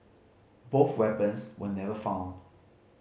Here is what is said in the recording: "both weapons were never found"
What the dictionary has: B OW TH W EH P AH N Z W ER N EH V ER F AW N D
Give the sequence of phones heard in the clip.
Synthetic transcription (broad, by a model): B OW TH W EH P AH N S W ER N EH V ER F AW N D